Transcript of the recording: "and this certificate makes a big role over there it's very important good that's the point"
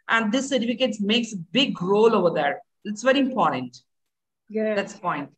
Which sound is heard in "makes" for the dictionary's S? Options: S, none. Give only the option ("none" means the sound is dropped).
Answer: S